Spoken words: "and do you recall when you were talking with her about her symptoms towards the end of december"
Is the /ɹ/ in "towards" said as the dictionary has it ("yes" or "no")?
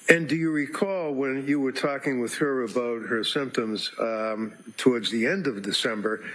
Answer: yes